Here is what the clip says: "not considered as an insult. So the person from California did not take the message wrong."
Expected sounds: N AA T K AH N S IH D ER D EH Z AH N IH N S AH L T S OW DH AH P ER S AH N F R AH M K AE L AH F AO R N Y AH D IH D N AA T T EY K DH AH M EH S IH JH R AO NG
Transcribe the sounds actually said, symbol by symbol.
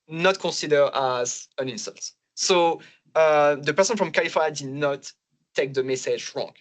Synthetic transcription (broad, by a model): N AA T K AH S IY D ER AA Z AH N IH N S AH L T S OW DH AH P ER S AH N F R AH M K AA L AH F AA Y D IH D N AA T T EY K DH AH M EH S IH JH R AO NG